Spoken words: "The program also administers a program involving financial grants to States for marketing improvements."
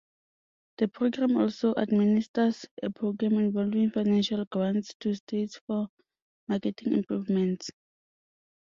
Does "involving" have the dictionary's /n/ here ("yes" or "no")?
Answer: yes